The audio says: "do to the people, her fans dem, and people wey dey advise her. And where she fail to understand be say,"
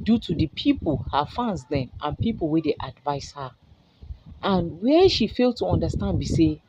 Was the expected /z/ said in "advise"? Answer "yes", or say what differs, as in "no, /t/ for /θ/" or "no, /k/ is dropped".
no, /s/ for /z/